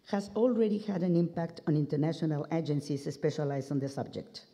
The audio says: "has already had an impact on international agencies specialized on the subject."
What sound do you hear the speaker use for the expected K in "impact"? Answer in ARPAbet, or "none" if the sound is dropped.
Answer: K